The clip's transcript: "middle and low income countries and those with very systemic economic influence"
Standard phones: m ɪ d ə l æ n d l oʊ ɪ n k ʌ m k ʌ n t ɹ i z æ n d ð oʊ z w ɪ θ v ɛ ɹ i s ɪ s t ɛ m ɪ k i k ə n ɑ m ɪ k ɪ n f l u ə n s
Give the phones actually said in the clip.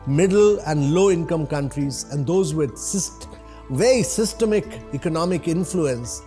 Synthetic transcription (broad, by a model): m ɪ d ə l æ n d l oʊ ɪ n k ʌ m k ʌ n t ɹ i z æ n d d oʊ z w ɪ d v ɛ ɹ i s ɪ s t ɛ m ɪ k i k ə n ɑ m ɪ k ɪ n f l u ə n s